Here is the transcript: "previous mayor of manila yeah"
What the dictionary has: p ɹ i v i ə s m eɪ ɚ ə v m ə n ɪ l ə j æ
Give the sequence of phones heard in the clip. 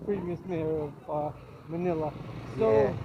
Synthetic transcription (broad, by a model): p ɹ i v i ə s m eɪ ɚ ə m ə n ɪ l ə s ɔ